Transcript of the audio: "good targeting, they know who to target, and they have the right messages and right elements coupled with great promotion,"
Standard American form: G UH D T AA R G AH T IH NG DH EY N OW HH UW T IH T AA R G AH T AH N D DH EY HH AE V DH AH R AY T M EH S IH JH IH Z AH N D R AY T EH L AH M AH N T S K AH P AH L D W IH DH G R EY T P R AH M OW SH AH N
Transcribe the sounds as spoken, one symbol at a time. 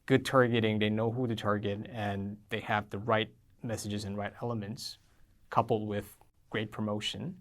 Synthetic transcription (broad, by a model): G UH D T AA R G AH T IH NG DH EY N OW HH UW T IH T AA R G AH T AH N DH EY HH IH V DH AH R AY T M EH S IH JH IH Z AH N R AY T EH L AH M AH N T S K AH P L D W IH DH G R EY T P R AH M OW SH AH N